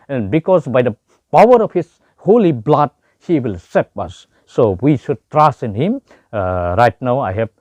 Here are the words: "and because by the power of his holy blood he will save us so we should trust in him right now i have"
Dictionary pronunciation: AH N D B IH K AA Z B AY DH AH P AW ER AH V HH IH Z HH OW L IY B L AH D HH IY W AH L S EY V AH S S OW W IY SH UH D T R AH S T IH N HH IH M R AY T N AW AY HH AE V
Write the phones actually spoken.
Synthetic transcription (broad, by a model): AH N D B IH K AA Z B AY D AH P AW ER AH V HH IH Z HH OW L IY B L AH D HH IY W AH L S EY P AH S S OW W IY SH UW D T R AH S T IH N HH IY M R AY T N AW AY HH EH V